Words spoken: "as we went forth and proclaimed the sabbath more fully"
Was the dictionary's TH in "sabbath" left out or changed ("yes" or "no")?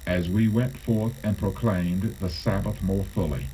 no